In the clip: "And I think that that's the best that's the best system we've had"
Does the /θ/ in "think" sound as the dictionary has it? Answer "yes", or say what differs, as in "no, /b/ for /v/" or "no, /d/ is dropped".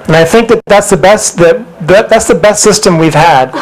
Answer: yes